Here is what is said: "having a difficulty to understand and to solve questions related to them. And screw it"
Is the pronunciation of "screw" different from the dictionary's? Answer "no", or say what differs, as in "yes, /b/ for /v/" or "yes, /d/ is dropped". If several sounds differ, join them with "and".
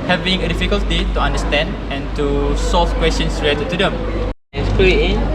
yes, /ɹ/ is dropped